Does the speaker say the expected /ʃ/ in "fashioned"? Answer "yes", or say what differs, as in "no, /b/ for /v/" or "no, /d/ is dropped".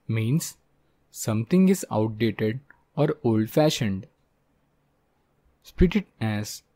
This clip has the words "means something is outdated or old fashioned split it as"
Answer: yes